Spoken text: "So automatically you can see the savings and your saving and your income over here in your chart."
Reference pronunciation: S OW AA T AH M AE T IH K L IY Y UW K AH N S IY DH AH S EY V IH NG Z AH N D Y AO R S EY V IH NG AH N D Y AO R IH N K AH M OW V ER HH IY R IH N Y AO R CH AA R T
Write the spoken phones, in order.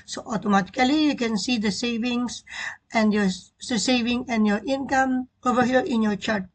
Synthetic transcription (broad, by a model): S OW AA T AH M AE T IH K L IY Y UW K AH N S IY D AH S EY V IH NG S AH N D Y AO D S EY V IH NG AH N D Y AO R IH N K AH M OW V ER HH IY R IH N Y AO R CH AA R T